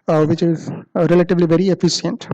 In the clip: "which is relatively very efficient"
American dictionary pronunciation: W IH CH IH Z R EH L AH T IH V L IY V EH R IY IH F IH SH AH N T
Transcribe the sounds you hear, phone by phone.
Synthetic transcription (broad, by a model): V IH CH IH Z R EH L AH T IH V L IY V EH R IY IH F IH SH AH N T